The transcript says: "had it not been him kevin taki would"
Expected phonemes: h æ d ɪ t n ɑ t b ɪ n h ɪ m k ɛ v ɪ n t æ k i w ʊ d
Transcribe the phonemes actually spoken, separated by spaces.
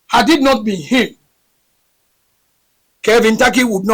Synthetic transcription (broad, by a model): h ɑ d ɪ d n ɑ t b ɪ n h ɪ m k ɛ v ɪ n t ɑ k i w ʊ d